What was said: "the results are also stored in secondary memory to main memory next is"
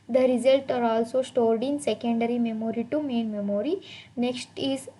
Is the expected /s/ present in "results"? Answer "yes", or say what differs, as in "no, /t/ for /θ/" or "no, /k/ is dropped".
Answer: no, /s/ is dropped